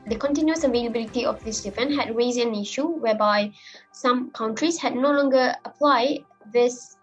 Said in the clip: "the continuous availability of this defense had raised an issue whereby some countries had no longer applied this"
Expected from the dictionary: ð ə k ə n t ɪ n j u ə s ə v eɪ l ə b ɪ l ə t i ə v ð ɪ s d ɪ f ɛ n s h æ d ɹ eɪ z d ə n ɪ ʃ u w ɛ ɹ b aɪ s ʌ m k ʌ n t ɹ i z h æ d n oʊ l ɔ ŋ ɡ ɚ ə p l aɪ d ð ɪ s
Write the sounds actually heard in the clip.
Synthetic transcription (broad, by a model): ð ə k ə n t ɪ n j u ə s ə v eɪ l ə b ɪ l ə t i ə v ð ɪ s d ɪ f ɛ n h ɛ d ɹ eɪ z ə n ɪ ʃ u w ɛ b aɪ s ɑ m k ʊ n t ɹ i s h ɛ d n oʊ l ɔ ŋ ɡ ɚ ə p l aɪ d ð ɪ s